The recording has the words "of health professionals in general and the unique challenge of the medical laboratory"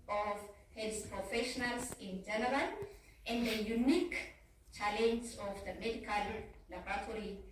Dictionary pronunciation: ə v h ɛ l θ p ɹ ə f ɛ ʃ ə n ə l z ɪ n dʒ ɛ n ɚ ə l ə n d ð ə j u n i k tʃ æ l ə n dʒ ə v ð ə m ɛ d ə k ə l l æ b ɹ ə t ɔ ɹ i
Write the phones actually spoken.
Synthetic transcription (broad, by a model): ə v h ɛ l s p ɹ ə f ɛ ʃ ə n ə l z ɪ n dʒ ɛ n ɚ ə n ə n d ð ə j u n i k tʃ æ l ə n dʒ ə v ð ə m ɛ d ə k ə l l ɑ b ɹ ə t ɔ ɹ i